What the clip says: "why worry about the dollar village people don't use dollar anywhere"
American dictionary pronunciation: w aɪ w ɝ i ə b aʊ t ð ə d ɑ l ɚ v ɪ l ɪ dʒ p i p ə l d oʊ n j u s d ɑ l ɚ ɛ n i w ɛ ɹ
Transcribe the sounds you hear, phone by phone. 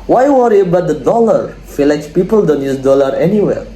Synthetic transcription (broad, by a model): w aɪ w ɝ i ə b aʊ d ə d ɑ l ɚ f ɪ l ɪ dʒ p i p ə l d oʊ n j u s d ɑ l ɚ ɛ n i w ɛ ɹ